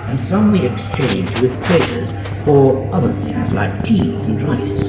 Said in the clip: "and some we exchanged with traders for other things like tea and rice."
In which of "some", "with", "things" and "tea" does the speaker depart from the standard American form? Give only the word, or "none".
things